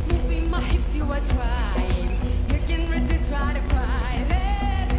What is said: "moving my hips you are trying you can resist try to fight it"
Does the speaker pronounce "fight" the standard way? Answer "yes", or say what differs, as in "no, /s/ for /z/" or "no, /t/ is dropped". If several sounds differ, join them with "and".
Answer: no, /t/ is dropped